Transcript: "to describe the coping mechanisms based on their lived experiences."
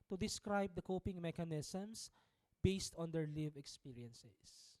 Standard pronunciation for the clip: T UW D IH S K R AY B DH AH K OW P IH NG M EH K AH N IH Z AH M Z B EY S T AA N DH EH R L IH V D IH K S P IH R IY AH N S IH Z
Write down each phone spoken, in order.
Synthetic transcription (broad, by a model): T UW D IH S K R AY B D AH K OW P IH NG M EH K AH N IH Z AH M S B EY S T AA N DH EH R L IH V IH K S P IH R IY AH N S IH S